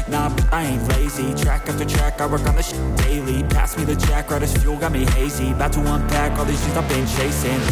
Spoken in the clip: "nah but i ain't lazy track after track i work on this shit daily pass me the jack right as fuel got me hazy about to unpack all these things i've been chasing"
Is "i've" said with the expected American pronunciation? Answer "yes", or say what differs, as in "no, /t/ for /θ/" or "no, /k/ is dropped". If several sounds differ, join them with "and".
no, /p/ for /v/